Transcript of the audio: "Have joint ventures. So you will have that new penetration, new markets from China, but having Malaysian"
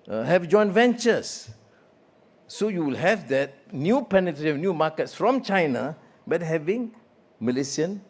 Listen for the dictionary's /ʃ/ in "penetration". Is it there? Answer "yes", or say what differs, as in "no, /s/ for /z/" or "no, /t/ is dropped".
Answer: no, /ʃ/ is dropped